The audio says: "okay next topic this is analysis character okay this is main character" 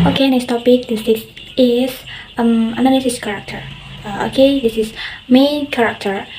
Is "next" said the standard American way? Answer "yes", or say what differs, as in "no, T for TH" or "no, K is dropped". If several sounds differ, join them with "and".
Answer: no, K is dropped